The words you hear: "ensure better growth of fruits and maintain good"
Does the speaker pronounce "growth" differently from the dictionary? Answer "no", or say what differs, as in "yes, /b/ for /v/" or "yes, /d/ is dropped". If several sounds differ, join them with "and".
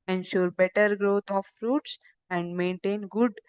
yes, /t/ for /θ/